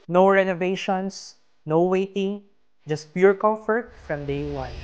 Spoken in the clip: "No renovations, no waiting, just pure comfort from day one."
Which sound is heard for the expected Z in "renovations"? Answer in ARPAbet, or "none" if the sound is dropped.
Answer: S